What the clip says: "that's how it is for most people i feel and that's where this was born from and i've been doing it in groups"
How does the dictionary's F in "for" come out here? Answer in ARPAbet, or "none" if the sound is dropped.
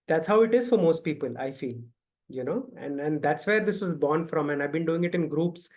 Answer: F